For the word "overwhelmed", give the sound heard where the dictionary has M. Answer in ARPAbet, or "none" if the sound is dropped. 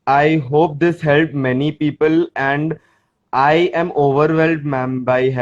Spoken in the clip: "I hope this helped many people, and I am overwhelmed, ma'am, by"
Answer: none